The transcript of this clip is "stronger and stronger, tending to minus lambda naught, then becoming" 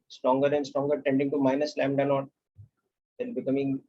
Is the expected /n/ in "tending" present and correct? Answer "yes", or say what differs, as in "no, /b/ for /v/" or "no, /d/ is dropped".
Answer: yes